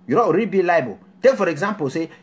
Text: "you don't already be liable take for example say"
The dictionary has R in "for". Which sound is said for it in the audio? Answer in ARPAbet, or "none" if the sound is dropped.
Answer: R